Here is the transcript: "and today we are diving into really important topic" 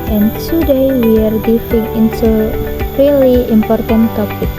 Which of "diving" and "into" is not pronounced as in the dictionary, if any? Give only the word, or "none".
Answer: diving